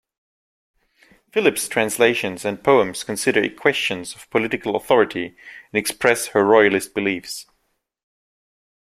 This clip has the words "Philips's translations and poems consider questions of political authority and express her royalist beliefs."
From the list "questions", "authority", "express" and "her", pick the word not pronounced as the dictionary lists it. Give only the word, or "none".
none